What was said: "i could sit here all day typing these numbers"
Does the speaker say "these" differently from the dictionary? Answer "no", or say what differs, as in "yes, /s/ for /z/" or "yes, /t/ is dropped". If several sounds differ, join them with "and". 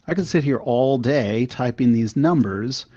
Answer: no